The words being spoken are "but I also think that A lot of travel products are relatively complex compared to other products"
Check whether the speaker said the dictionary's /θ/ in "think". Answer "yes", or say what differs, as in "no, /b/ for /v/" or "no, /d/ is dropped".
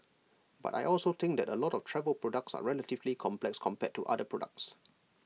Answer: no, /t/ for /θ/